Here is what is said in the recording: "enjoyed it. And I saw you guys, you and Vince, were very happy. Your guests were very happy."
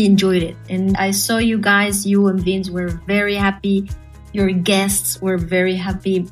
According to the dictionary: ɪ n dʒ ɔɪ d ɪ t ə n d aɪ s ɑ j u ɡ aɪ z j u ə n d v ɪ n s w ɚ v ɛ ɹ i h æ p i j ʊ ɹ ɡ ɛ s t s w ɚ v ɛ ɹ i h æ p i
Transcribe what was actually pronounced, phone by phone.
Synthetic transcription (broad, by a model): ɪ n dʒ ɔɪ d ɪ t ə n aɪ s ɑ j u ɡ aɪ z j u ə n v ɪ n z w ɚ v ɛ ɹ i h æ p i j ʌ ɹ ɡ ɛ s t s w ɚ v ɛ ɹ i h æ p i